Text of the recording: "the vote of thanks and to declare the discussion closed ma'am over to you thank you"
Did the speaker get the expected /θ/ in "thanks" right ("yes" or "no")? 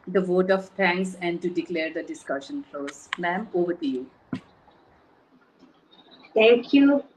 no